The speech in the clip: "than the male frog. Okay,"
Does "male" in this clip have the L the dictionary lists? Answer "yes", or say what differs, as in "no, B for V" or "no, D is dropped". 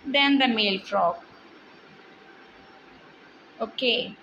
yes